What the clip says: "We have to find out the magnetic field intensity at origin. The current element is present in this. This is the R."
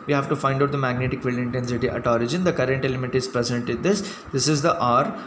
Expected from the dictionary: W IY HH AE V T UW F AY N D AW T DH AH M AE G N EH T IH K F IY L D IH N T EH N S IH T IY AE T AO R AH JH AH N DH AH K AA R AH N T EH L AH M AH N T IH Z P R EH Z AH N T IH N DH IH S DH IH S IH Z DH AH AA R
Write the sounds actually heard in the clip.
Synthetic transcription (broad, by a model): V IY HH AE V T UW F AY N D AW T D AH M AE G N EH T IH K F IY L IH N T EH N S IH T IY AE T AO R AH JH AH N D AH K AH R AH N T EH L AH M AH T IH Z P R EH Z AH N T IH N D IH S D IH S IH Z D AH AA R